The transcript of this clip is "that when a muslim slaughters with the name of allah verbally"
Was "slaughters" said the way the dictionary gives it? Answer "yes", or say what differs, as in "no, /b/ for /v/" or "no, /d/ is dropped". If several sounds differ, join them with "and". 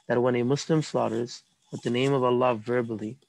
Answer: yes